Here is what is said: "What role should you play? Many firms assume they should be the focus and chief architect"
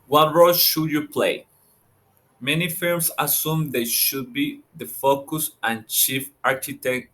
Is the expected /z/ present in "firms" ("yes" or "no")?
no